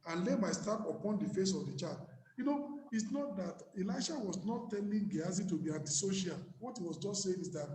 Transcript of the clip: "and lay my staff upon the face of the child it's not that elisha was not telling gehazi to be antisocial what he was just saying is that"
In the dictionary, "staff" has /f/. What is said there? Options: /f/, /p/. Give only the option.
/p/